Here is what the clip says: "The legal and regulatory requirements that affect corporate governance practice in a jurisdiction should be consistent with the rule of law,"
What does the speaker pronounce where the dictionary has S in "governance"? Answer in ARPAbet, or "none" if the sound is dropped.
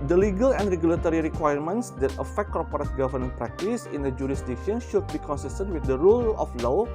none